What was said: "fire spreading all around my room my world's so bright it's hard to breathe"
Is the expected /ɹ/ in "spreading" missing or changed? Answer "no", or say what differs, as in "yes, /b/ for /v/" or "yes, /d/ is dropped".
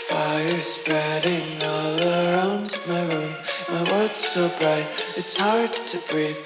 no